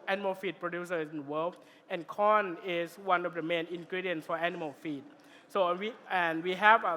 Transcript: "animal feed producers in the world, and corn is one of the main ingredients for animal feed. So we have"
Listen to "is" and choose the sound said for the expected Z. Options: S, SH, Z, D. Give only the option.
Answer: S